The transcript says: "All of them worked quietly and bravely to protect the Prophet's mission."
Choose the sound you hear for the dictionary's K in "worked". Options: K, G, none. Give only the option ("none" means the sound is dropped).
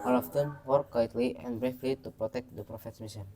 none